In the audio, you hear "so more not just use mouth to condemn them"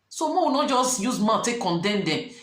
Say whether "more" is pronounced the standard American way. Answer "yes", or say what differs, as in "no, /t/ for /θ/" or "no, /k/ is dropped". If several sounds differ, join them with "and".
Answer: no, /w/ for /ɹ/